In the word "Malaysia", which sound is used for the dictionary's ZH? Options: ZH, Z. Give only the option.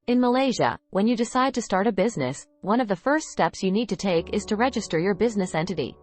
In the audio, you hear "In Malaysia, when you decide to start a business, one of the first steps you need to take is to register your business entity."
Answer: ZH